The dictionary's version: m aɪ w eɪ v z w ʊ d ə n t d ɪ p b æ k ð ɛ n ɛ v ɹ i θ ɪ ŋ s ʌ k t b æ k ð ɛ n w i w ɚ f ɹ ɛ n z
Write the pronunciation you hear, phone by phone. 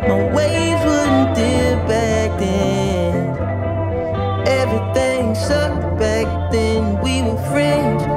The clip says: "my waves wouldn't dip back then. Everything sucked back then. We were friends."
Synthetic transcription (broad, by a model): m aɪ w eɪ z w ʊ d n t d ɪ b æ k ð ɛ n ɛ v ɹ i θ ɪ ŋ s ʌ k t b æ k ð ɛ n w i w ɚ f ɹ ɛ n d